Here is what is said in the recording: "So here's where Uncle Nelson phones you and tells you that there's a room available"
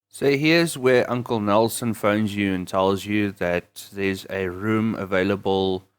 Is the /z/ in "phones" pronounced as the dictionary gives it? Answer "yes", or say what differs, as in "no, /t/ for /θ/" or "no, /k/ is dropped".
yes